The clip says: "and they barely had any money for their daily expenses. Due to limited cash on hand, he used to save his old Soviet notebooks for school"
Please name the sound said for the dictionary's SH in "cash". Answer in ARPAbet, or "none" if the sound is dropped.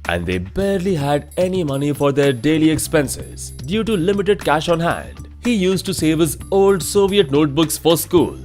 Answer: SH